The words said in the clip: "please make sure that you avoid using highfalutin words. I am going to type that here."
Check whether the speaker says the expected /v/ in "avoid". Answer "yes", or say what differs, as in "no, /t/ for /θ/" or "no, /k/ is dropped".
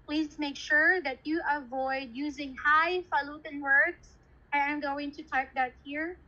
yes